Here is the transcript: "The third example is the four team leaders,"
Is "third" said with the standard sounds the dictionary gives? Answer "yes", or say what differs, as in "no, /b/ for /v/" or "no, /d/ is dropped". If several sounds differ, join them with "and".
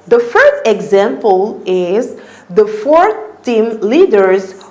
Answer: no, /f/ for /θ/